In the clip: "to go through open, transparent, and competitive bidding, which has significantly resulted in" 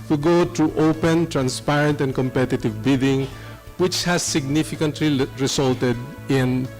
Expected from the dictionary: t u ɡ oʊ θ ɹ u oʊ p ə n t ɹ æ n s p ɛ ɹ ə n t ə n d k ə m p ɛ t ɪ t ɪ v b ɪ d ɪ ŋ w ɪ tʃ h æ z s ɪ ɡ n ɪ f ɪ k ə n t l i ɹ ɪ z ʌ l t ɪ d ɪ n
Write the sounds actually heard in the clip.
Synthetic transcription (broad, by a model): t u ɡ oʊ t ɹ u oʊ p ə n t ɹ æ n s p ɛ ɹ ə n t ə n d k ə m p ɛ t ɪ t ɪ v b ɪ d ɪ ŋ w ɪ tʃ h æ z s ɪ ɡ n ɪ f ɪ k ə n t l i ɹ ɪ s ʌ l t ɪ d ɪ n